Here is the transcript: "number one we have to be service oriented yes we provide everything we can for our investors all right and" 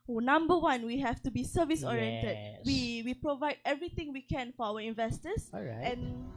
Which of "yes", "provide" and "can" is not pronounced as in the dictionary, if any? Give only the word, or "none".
yes